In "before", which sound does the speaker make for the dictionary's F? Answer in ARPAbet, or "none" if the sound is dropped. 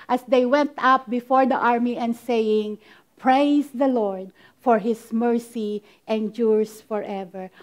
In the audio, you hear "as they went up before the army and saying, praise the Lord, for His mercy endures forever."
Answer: F